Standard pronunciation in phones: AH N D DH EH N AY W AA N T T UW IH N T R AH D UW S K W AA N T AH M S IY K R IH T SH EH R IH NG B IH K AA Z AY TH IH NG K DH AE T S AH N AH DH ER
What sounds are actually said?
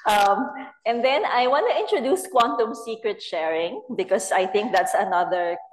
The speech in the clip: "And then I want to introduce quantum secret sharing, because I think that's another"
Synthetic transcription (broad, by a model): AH N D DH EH N AY W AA N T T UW IH N T R AH D UW S K W AA N T AH M S IY K R IH T SH EH R IH NG B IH K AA S AY TH IH NG K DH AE T S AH N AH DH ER